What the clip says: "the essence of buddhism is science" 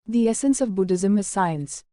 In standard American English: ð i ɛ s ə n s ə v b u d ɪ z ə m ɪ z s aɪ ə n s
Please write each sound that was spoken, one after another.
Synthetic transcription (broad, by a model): ð i ɛ s ə n s ə v b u d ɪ z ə m ɪ z s aɪ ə n s